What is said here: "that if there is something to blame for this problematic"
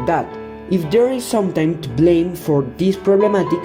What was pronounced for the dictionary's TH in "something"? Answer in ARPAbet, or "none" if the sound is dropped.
T